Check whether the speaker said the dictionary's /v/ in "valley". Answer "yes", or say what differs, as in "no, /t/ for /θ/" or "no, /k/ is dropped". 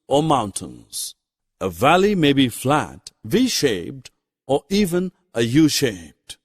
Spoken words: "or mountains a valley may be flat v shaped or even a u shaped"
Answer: yes